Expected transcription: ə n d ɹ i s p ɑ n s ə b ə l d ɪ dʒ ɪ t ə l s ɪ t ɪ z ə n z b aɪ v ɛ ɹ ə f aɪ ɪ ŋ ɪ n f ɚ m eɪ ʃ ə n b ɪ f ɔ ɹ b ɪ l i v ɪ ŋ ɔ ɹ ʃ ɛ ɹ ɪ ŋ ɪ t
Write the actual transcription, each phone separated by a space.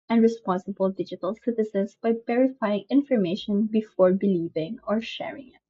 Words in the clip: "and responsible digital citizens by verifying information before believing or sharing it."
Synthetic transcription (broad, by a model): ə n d ɹ i s p ɑ n s ə b ə l d ɪ dʒ ɪ t ə l s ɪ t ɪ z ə n s b aɪ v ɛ ɹ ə f aɪ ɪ ŋ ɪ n f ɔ m eɪ ʃ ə n b ɪ f ɔ ɹ b ɪ l i v ɪ ŋ ɔ ɹ ʃ ɛ ɹ ɪ ŋ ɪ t